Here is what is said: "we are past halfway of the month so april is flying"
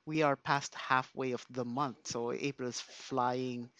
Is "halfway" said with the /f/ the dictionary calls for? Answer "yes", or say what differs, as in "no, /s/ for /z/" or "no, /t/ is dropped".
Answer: yes